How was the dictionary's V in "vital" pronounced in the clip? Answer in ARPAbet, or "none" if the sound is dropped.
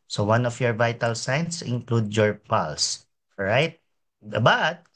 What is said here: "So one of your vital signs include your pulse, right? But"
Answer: V